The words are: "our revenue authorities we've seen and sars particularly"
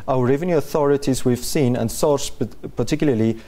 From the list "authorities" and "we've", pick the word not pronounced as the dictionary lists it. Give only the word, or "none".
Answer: none